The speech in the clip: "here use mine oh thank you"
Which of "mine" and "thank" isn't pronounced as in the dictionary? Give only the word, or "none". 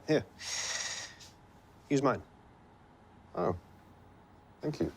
none